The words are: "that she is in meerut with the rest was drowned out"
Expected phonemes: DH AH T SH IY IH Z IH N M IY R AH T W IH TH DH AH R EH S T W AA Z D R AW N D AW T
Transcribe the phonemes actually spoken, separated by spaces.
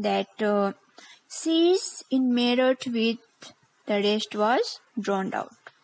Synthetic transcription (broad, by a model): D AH T S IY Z IH N M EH R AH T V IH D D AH R EH S T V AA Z D R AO N D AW T